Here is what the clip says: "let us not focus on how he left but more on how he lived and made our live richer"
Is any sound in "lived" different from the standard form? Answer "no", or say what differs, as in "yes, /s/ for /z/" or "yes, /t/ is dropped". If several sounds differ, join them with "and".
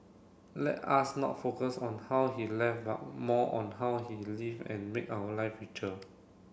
yes, /d/ is dropped